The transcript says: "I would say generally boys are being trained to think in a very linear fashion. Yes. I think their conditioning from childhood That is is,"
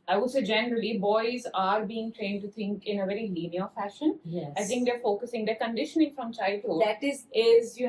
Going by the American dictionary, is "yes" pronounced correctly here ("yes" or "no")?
no